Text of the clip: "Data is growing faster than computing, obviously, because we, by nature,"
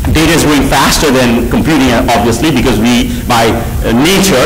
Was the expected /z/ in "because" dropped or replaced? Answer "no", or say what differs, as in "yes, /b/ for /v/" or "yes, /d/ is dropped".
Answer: no